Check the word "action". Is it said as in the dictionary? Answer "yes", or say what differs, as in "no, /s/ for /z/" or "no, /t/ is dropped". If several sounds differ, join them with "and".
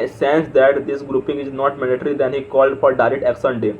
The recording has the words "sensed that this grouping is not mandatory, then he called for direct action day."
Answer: no, /s/ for /ʃ/